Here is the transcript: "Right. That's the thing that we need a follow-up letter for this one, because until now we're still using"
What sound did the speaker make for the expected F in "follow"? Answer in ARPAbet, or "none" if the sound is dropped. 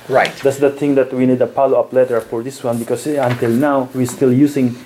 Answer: P